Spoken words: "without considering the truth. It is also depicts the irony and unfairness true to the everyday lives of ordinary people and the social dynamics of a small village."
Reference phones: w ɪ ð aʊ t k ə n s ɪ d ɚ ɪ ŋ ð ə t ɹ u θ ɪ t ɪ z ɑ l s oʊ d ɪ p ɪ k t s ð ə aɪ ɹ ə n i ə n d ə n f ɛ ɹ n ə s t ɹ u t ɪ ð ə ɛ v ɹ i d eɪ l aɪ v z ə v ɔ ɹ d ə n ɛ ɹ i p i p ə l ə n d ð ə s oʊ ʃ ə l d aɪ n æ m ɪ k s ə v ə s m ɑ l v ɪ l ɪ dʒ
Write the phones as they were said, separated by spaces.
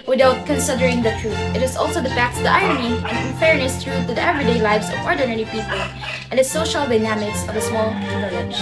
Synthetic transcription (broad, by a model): w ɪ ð aʊ t k ə n s ɪ d ɚ ɪ ŋ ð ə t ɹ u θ ɪ t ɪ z ɑ l s oʊ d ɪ f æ k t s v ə aɪ ɹ ə n i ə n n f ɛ ɹ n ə s t ɹ u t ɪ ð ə ɛ v ɹ i d eɪ l aɪ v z ə v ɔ ɹ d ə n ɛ ɹ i p i p ə l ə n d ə s oʊ ʃ ə l d aɪ n æ m ɪ k s ə v ə s m ɑ l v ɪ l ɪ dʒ